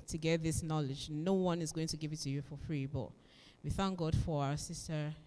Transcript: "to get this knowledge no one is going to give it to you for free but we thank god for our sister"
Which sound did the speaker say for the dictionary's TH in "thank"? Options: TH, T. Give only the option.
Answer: TH